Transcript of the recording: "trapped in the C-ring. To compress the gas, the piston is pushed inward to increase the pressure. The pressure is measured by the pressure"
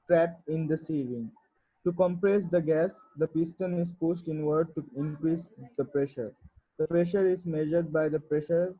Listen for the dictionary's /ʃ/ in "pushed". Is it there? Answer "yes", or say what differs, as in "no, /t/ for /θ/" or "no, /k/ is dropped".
no, /s/ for /ʃ/